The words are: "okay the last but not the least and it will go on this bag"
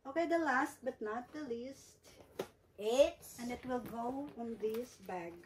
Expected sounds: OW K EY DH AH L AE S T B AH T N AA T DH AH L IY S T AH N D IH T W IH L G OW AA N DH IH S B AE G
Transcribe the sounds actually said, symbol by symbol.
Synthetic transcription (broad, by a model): OW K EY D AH L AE S T B AH T N AA T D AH L IY S T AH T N IH T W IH L G OW AA N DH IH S B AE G